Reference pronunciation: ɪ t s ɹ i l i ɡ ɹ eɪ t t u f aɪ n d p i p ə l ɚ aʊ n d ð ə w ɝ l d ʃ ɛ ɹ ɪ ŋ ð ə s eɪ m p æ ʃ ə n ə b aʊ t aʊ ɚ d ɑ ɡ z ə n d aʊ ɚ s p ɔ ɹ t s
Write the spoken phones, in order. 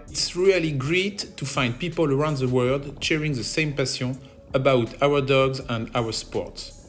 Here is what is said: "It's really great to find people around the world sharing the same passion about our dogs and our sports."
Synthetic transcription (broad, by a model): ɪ t s ɹ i l i ɡ ɹ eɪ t t u f aɪ n d p i p ə l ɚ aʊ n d ð ə w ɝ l d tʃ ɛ ɹ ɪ ŋ ð ə s eɪ m p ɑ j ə ə b aʊ t aʊ ɚ d ɑ ɡ z ə n d aʊ ɚ s p ɔ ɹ t s